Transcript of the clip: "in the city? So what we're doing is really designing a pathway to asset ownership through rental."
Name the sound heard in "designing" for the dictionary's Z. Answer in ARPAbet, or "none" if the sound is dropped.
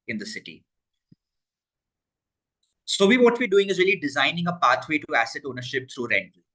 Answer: Z